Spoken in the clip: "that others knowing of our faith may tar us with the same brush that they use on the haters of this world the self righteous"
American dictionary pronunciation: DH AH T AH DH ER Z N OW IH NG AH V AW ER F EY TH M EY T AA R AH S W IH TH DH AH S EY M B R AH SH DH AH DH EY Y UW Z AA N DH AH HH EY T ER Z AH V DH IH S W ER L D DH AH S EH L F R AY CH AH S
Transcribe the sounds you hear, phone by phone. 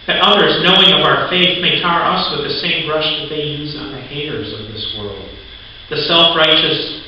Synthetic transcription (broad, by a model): DH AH T AH DH ER Z N OW IH NG AH V AW ER F EY TH M EY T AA R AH S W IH DH AH S EY M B R AH SH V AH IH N Z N DH AH HH EY T ER Z AH V DH IH S W ER L D DH AH S EH L F R AY CH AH S